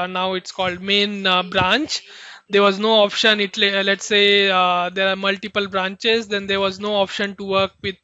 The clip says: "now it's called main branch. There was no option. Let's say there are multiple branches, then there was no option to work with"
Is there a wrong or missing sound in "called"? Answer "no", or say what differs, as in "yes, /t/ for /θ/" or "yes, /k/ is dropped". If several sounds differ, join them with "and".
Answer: no